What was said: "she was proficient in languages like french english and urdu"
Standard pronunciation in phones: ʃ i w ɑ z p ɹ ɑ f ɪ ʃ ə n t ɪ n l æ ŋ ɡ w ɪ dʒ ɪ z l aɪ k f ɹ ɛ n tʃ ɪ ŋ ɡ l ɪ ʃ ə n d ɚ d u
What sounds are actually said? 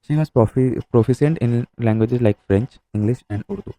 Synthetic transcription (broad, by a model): ʃ i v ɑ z p ɹ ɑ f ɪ s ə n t ɪ n l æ ŋ ɡ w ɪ dʒ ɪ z l aɪ k f ɹ ɛ n tʃ ɪ ŋ ɡ l ɪ ʃ ə n d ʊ d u